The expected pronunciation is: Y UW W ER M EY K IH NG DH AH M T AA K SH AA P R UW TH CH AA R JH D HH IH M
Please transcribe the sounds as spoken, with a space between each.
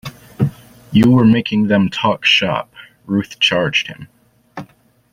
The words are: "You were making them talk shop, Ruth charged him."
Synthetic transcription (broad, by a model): Y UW W ER M EY K IH NG DH AH M T AA K SH AA P R UW TH CH AA R JH D HH IH M